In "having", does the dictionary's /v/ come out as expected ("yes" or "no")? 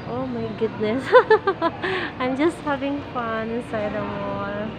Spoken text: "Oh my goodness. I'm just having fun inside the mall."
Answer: yes